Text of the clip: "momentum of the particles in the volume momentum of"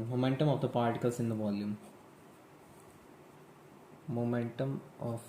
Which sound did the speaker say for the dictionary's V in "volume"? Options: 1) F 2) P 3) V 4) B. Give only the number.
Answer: 2